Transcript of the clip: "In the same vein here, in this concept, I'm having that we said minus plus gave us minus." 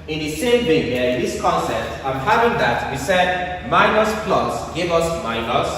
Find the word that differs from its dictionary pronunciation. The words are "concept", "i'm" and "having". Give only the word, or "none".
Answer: concept